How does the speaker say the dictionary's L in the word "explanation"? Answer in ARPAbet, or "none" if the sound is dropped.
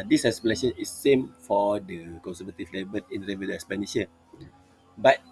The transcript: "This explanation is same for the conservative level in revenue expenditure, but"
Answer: none